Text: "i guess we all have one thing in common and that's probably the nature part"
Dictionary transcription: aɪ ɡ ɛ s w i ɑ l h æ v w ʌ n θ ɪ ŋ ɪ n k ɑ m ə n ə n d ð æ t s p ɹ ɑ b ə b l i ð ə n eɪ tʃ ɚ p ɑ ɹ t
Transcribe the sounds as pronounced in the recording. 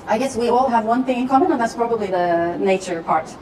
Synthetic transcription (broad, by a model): aɪ ɡ ɛ s w i ɑ l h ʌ v w ʌ n θ ɪ ŋ ɪ n k ɑ m ə n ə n ð æ t s p ɹ ɑ b ə b l i ð ə n eɪ tʃ ɚ p ɑ ɹ t